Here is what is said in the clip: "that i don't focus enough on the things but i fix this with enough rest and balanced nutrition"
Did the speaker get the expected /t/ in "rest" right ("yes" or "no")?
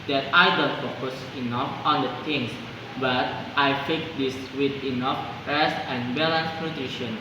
no